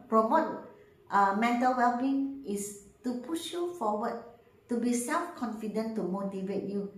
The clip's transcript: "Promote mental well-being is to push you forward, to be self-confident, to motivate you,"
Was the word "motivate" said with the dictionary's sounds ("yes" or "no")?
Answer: yes